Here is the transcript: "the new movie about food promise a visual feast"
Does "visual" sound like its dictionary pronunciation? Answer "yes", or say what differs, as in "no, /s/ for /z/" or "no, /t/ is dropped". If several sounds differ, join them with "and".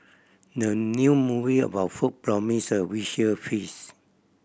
no, /w/ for /v/ and /ʃ/ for /ʒ/